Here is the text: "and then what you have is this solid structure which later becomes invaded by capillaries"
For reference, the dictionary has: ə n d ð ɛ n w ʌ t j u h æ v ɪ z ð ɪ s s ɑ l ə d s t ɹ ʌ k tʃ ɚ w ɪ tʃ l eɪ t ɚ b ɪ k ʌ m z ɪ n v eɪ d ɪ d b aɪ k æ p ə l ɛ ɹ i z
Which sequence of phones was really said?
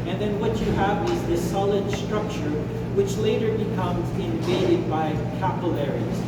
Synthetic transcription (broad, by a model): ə n ð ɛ n w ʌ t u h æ v ɪ z ð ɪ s s ɑ l ə d s t ɹ ʌ k tʃ ɚ w ɪ tʃ l eɪ t ɚ b ɪ k ʌ m z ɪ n v eɪ d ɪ d b aɪ k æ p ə l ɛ ɹ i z